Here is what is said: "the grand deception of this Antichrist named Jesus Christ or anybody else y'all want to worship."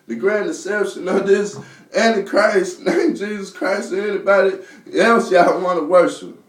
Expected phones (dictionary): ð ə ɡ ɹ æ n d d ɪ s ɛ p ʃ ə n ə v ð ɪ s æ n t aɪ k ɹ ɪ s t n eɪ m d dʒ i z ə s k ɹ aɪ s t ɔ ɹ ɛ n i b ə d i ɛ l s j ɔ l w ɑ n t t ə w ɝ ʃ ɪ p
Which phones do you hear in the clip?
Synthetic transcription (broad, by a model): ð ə ɡ ɹ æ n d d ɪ s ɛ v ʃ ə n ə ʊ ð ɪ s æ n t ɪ k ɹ ɪ s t n eɪ m dʒ i z ə s k ɹ aɪ s t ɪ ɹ ɛ n i b ə d i ɛ l s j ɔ n w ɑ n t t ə w ɝ ʃ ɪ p